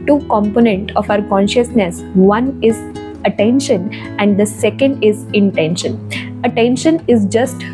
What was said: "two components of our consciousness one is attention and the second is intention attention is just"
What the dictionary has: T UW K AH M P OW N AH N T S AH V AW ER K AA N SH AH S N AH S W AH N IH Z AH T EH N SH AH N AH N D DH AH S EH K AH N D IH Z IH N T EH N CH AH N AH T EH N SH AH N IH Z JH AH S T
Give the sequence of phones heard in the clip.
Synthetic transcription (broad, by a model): T UW K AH M P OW N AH N T AH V AW ER K AA N SH AH S N AH S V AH N IH Z AH T EH N SH AH N AH N D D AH S EH K AH N D IH Z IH N T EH N SH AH N AH T EH N SH AH N IH Z JH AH S T